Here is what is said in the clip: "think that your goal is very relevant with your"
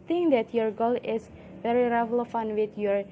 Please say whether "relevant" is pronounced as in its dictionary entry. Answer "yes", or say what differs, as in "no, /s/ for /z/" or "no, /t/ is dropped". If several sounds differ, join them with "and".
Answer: no, /f/ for /v/